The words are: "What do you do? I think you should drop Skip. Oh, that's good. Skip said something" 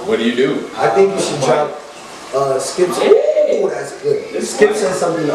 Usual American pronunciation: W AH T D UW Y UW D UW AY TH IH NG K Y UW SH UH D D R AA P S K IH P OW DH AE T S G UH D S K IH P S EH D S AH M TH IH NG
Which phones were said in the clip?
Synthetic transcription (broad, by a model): W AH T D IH Y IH D UW AY TH IH NG K Y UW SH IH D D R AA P S K IH P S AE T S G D S K IH P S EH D S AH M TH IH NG